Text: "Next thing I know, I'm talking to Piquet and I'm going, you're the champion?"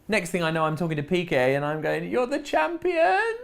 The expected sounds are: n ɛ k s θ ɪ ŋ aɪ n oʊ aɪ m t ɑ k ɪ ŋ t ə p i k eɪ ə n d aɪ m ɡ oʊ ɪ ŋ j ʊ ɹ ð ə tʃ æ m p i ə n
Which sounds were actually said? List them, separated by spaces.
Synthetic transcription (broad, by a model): n ɛ k s θ ɪ ŋ aɪ n oʊ aɪ m t ɑ k ɪ ŋ t ə p i k eɪ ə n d aɪ m ɡ oʊ ɪ ŋ j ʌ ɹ ð ə tʃ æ m p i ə n